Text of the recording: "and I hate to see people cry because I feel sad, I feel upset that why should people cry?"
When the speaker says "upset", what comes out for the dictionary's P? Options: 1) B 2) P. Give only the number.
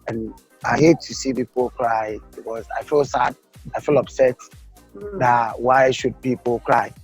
1